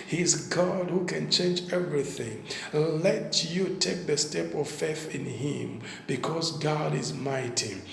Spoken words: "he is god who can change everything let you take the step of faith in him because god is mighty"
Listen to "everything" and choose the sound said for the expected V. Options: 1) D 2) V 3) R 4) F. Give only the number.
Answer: 2